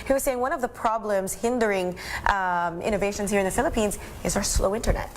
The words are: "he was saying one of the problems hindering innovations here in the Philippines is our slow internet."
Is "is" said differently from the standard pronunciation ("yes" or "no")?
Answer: no